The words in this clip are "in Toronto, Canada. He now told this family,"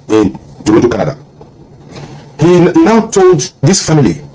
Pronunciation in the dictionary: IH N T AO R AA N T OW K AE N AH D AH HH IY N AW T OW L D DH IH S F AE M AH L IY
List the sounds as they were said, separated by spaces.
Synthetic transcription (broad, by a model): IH N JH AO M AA T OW K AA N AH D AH HH IY N AW T OW L D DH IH S F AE M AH L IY